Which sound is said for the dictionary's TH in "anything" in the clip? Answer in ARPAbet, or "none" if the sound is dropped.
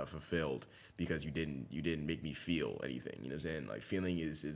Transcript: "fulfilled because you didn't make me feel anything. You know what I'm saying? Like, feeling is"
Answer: TH